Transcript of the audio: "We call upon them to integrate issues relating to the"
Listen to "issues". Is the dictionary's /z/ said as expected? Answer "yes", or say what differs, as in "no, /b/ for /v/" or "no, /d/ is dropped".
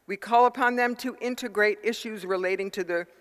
yes